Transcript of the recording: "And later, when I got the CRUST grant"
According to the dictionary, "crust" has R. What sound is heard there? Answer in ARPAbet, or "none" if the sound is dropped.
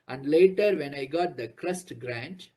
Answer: R